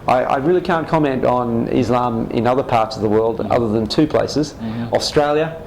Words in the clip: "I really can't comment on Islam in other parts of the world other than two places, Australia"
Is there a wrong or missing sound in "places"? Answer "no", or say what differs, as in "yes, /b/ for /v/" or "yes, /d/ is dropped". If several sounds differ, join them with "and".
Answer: no